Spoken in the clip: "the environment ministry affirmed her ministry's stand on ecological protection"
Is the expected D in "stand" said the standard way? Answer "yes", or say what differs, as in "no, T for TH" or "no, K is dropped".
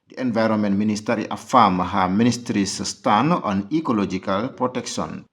no, D is dropped